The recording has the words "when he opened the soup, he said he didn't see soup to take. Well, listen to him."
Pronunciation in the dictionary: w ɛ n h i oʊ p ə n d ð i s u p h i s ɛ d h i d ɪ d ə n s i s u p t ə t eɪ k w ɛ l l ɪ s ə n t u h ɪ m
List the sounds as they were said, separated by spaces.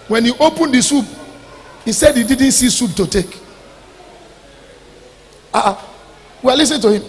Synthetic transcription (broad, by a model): w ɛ n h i oʊ p ə n d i s u p h i s ɛ d h i d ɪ d n s i s u p t ə t eɪ k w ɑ w l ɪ s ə n t u h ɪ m